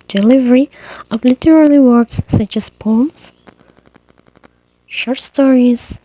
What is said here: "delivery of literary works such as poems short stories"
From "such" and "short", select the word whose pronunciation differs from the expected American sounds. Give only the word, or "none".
none